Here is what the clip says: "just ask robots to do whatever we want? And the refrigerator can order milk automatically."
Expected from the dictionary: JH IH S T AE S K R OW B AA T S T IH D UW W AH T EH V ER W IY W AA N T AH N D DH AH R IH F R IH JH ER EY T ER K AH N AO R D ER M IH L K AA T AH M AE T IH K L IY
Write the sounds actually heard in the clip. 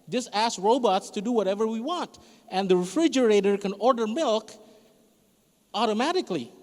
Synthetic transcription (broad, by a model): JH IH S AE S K R OW B AA T S T IH D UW W AH T EH V ER W IY W AA N T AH N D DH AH R IH F R IH JH ER EY T ER K AH N AO R D ER M IH L K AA T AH M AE T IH K L IY